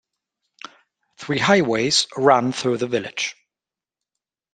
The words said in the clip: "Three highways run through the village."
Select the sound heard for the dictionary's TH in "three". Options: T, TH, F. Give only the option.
TH